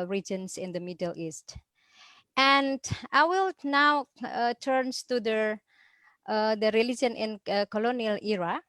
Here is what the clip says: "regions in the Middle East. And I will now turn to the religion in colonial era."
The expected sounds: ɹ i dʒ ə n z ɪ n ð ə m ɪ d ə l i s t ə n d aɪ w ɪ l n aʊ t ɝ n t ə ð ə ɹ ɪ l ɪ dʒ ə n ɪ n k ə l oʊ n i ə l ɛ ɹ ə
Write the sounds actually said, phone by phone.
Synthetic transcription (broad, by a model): ɹ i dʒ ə n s ɪ n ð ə m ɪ d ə l i s t ə n d aɪ w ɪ l n aʊ t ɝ n t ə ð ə ɹ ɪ l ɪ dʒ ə n ɪ n k ə l oʊ n i ə l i ɹ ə